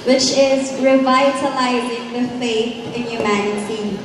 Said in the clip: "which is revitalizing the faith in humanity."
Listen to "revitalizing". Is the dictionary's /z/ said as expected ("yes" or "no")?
yes